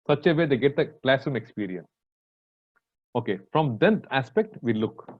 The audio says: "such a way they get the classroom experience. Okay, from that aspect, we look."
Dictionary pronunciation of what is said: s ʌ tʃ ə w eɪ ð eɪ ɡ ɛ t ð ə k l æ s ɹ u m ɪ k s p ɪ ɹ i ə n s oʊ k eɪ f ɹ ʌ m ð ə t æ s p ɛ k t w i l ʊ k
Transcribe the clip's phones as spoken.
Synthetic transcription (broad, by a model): s ʌ tʃ ə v eɪ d eɪ ɡ ɛ t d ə k l æ s ɹ u m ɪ k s p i ɹ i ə n s oʊ k eɪ f ɹ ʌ m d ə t æ s p ɛ k t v i l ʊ k